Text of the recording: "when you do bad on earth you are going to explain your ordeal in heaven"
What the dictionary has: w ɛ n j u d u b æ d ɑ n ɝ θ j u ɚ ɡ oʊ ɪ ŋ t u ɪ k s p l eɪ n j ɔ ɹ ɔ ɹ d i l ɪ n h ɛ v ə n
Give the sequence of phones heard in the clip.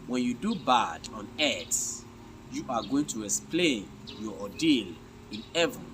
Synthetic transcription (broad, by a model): w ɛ n j u d u b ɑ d ɑ n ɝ s j u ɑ ɡ oʊ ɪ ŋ t u ɪ k s p l eɪ n j ɔ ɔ d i l ɪ n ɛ v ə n